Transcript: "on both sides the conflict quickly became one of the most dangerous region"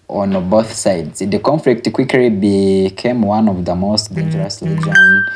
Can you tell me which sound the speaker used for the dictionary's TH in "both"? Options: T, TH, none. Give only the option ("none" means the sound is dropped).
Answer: TH